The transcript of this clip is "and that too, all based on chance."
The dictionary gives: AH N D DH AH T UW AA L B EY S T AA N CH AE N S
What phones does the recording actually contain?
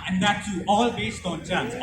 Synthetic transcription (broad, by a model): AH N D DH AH T UW AA L B EY S T AA N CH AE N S